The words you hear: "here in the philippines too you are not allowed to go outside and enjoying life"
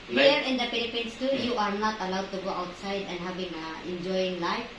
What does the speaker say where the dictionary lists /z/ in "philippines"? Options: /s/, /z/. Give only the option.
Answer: /s/